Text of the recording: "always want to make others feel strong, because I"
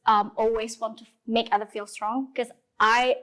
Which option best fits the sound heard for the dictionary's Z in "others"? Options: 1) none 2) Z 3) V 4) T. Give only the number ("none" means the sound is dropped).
1